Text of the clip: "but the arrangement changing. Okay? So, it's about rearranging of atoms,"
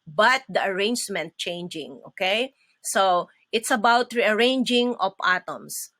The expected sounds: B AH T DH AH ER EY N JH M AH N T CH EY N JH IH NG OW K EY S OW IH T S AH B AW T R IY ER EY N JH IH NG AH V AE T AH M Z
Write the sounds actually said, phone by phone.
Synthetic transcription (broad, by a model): B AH T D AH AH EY N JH M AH N T CH EY N JH IH NG OW K EY S OW IH T S AH B AW T R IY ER EY N JH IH NG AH P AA T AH M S